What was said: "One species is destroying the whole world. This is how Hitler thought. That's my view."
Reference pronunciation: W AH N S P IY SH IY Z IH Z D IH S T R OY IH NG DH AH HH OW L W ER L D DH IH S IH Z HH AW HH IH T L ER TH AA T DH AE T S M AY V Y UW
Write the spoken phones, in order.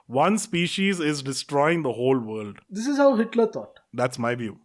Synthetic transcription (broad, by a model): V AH N S P IY SH IY Z IH Z D IH S T R OY IH NG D AH HH OW L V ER L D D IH S IH Z HH AW HH IH T L ER T AA T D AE T S M AY V Y UW